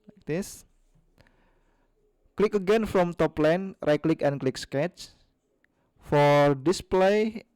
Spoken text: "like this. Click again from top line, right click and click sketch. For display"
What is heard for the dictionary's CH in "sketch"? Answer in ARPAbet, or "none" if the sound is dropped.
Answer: CH